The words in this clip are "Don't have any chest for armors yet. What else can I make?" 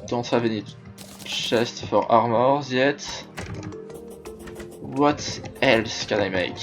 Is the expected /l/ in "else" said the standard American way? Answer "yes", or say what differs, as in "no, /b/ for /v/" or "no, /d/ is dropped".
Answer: yes